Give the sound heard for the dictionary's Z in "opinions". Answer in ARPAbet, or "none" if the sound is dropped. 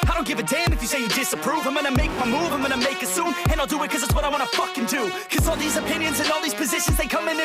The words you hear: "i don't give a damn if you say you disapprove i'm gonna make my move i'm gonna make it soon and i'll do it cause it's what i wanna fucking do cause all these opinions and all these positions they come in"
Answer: Z